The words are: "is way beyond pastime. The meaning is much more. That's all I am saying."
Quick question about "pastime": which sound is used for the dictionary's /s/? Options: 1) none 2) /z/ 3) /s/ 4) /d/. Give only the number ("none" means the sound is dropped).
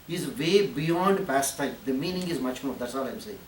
3